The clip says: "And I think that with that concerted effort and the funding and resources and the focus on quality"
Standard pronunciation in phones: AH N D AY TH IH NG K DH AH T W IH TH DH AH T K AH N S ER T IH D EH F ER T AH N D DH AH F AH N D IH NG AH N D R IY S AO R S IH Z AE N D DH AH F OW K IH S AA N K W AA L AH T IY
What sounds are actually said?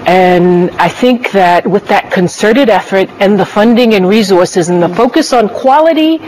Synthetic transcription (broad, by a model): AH N AY TH IH NG K DH AH T W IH DH AH T K AH N S ER T IH D EH F ER T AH N DH AH F AH N D IH NG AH N R IY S AO R S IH Z N DH AH F OW K IH S N K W AA L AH T IY